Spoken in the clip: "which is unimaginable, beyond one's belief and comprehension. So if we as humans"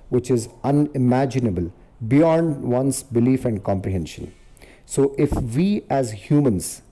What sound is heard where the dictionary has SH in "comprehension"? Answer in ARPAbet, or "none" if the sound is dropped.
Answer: SH